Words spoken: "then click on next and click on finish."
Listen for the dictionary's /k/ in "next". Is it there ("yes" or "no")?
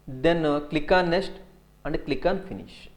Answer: no